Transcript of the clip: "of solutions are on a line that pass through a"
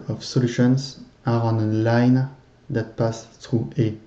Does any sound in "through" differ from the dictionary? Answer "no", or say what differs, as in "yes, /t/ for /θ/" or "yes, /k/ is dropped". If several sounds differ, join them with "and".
yes, /t/ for /θ/